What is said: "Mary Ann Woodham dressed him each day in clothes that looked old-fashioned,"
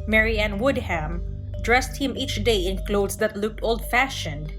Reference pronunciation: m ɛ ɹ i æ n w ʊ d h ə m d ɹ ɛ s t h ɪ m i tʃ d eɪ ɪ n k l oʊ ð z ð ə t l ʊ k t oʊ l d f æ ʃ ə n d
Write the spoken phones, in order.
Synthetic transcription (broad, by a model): m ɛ ɹ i æ n w ʊ d h ə m d ɹ ɛ s t h ɪ m i tʃ d eɪ ɪ n k l oʊ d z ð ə t l ʊ k t oʊ l d f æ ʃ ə n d